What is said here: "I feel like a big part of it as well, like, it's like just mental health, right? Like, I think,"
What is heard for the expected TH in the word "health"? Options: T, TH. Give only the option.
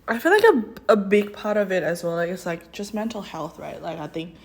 TH